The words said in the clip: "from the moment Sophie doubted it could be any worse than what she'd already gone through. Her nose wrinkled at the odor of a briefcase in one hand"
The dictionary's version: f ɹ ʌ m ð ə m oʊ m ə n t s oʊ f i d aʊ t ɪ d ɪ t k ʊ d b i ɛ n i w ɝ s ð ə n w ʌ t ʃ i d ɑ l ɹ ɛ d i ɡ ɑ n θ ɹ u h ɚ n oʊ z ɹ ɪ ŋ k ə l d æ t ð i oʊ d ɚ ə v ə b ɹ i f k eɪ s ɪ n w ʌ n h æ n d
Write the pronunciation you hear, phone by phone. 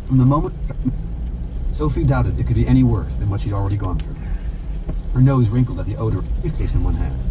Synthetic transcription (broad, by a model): f ɹ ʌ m ð ə m oʊ m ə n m s oʊ f i d aʊ t ɪ d ɪ t k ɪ d b i ɛ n i w ɝ s ð ə n w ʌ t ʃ i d l ɹ ɛ d i ɡ ɑ n θ ɹ u h ɚ n oʊ z ɹ ɪ ŋ k l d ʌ t ð i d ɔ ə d ə ɹ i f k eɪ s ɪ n w ʌ n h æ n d